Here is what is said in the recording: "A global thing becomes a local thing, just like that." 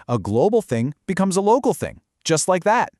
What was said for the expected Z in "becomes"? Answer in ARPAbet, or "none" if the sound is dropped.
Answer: Z